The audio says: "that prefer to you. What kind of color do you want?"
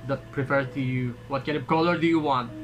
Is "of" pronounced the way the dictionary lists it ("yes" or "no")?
no